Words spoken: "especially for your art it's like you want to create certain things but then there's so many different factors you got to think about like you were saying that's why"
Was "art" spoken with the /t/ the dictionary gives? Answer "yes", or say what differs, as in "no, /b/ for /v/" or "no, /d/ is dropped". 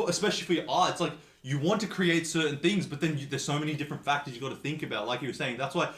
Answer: no, /t/ is dropped